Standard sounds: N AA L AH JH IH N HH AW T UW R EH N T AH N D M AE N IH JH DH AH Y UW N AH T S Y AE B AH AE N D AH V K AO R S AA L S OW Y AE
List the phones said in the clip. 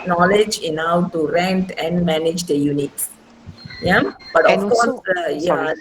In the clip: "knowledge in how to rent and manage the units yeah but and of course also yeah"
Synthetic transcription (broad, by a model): N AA L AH JH IH N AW T UW R EH N T AH N D M AE N IH JH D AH Y UW N AH T S Y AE B AH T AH F K AO R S S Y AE